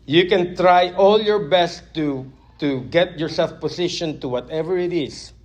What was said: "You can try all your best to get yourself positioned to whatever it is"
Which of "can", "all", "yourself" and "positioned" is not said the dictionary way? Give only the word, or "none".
positioned